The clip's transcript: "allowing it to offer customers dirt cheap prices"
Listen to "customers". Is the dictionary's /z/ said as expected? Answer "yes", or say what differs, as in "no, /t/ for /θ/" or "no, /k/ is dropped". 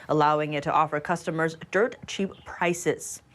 yes